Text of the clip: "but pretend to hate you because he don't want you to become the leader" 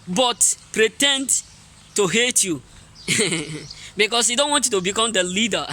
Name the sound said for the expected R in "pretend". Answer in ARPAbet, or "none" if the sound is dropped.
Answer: R